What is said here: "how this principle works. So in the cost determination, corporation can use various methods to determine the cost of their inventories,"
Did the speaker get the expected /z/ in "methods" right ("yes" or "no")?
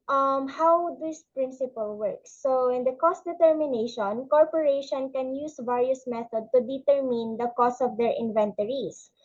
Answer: no